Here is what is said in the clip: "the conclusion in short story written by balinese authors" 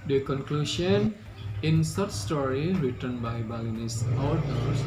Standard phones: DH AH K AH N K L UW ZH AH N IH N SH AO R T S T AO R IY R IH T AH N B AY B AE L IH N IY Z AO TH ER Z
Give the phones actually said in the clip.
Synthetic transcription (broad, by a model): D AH K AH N K L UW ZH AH N IH N S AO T S T AO R IY R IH T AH N B AY B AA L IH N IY S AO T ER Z